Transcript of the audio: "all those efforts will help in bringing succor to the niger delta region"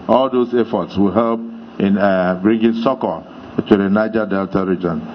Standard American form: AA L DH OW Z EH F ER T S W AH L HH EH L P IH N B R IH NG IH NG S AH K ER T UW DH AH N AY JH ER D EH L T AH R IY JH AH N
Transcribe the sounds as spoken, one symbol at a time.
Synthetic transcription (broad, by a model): AA L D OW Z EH F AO T S W AH L HH EH L P IH N B R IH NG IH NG S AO K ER T UW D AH N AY JH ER D EH L T AH R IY JH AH N